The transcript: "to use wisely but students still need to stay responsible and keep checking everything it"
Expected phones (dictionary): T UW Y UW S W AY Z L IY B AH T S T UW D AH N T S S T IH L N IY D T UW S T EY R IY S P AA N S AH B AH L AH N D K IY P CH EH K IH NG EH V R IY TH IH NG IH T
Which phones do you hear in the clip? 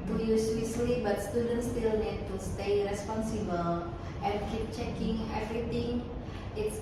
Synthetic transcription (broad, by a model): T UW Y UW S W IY S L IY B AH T S T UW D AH N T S S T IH L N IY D T UW S T EY R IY S P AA N S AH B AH L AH N K IY P CH EH K IH NG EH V R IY T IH NG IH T